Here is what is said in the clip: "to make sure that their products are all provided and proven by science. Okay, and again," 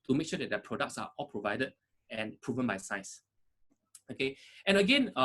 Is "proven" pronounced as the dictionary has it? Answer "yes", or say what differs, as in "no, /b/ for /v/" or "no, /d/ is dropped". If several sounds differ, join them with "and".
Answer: yes